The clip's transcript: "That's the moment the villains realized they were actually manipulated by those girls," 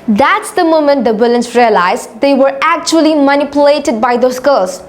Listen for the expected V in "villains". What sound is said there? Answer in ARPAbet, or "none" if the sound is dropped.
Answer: B